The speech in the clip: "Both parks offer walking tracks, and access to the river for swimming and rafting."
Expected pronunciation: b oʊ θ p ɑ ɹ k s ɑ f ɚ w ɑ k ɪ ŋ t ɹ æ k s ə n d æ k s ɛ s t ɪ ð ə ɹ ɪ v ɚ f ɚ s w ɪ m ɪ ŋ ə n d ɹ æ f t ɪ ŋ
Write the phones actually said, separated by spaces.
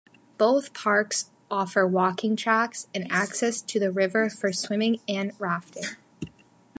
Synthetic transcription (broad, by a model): b oʊ θ p ɑ ɹ k s ɑ f ɚ w ɑ k ɪ ŋ t ɹ æ k s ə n æ k s ɛ s t ɪ ð ə ɹ ɪ v ɚ f ɚ s w ɪ m ɪ ŋ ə n ɹ æ f t ɪ ŋ